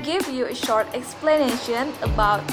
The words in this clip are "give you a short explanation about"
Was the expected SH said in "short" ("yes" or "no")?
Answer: yes